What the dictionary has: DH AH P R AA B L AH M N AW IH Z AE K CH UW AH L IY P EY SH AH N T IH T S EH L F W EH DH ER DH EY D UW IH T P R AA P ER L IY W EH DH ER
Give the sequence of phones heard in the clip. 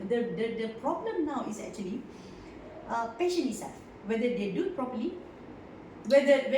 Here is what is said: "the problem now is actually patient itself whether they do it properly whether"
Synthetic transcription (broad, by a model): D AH P R AA B L AH M N AW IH S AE K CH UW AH L IY P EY SH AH N IH T S EH L F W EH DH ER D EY D UW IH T P R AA P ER L IY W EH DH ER